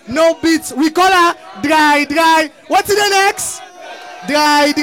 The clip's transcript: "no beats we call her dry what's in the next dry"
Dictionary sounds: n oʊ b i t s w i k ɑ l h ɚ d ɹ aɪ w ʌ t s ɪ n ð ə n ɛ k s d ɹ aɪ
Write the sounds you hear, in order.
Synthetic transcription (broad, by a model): n oʊ b i t s w i k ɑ l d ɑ d ɹ aɪ w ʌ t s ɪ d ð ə n ɛ k s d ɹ aɪ